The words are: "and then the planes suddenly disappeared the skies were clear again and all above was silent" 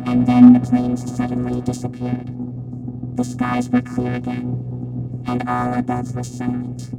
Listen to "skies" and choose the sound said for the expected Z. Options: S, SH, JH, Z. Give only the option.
Z